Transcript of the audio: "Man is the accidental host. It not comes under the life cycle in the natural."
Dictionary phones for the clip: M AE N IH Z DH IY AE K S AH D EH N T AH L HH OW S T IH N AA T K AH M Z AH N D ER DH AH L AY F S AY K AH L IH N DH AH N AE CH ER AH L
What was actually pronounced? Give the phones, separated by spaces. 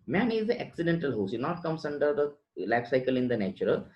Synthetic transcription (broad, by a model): M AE N IH Z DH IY AE K S AH D EH N T AH L HH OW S IH N AA T K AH M S AH N D ER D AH L AY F S AY K AH L IH N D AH N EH CH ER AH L